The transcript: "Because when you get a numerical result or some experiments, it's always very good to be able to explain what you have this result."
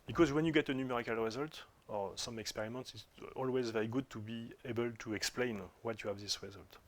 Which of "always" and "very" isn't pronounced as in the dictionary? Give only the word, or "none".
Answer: none